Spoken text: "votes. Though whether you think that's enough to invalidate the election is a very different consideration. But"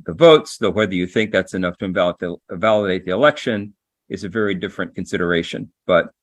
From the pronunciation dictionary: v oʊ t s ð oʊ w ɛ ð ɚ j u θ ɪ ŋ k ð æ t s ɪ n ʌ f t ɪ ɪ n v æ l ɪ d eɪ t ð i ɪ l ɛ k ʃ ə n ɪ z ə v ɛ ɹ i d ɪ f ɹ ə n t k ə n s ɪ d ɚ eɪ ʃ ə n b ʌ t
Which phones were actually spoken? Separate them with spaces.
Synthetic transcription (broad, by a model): v oʊ t s ð oʊ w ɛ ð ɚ j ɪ θ ɪ ŋ k ð æ t s ɪ n ʌ f t ɪ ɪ l v æ l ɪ d eɪ t ð i ɪ l ɛ k ʃ ə n ɪ z ə v ɛ ɹ i d ɪ f ɹ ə n k n s ɪ d ɚ eɪ ʃ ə n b ʌ t